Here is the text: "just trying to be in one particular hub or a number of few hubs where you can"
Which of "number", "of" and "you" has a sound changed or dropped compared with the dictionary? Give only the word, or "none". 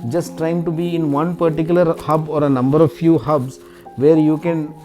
none